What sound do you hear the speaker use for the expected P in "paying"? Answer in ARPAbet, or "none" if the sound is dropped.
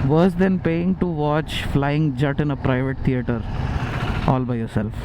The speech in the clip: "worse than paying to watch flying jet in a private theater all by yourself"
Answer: P